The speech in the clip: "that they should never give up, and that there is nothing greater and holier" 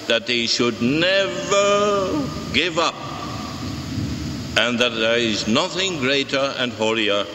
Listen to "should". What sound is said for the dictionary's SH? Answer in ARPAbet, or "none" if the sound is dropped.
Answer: SH